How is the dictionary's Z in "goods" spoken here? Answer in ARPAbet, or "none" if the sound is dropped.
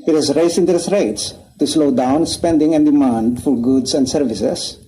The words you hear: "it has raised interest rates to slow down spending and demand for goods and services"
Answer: S